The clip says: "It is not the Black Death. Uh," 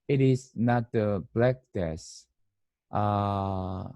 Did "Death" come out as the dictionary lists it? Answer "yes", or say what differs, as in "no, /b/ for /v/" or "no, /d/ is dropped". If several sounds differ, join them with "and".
no, /s/ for /θ/